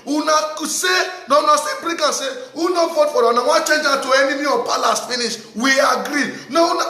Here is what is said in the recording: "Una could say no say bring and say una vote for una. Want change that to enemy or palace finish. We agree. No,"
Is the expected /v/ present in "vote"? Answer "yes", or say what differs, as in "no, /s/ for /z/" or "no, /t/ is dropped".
no, /f/ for /v/